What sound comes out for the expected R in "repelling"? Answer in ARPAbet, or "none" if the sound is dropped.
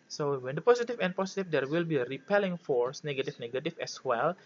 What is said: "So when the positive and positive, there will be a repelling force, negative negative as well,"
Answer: R